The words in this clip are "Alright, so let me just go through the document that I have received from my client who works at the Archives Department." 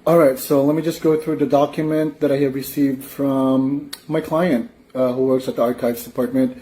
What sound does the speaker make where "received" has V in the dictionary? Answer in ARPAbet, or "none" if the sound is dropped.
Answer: V